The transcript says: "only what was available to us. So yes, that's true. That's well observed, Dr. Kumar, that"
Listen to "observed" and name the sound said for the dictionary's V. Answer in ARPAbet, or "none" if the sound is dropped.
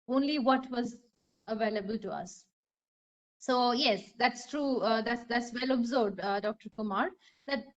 none